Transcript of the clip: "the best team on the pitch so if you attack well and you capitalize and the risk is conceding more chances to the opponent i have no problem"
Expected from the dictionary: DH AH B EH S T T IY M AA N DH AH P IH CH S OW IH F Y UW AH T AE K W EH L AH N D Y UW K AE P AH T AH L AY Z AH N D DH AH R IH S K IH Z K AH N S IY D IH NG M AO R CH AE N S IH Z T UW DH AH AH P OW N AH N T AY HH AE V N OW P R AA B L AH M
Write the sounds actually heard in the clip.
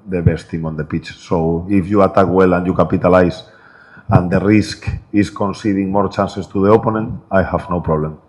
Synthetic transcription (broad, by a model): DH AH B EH S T T IY M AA N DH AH P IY CH S OW IH F Y UW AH T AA K W EH L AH N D Y UW K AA P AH T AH L AY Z AH N D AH R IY S K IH S K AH N S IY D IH NG M AO R CH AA N S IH S T UW DH AH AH P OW N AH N AY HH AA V N OW P R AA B L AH M